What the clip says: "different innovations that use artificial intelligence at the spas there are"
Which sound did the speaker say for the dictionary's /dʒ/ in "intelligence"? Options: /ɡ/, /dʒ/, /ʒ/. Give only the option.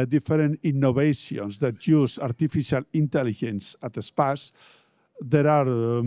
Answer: /ʒ/